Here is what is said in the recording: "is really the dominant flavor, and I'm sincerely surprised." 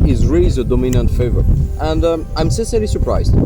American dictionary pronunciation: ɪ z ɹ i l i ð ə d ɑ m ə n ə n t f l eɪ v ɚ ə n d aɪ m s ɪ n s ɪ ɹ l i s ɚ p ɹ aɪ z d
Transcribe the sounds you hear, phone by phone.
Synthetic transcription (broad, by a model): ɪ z ɹ i l i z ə d ɑ m ə n ə n t f eɪ v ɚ ə n d aɪ m s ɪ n s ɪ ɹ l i s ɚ p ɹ aɪ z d